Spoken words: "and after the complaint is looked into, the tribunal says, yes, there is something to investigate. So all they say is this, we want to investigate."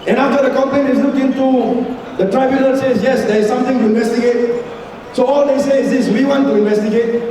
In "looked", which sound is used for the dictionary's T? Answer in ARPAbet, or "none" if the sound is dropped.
none